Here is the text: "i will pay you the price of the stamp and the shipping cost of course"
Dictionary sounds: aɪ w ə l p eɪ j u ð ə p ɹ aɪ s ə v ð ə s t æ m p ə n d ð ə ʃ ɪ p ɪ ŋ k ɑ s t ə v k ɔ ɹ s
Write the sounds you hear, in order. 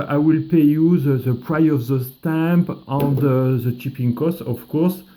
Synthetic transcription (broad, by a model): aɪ w ə l p eɪ j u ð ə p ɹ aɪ ə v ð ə s t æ m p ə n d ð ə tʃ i p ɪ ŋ k ɑ s t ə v k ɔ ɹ s